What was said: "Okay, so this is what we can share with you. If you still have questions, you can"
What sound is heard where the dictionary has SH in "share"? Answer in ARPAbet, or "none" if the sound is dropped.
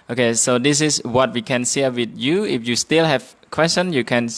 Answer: S